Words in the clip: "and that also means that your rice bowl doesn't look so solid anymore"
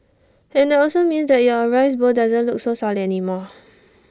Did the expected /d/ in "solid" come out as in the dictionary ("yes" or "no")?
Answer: no